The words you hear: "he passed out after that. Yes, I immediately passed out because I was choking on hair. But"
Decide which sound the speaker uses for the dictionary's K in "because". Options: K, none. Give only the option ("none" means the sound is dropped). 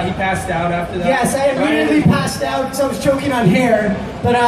none